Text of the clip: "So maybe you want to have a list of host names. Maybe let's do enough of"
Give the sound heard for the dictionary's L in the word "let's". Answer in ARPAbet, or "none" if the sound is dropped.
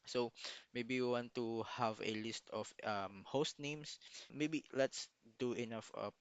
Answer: L